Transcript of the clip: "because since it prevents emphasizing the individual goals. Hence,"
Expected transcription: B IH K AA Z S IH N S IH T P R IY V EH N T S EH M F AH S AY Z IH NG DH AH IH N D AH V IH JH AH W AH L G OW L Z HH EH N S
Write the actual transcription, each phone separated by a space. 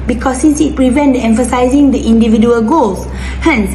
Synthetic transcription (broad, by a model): B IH K AA S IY N S IH T P R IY V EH N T EH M F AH S AY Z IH NG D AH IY N D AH V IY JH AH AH L G OW L S HH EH N S